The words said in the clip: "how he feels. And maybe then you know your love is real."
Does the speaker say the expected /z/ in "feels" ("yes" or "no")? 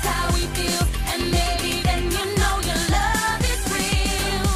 no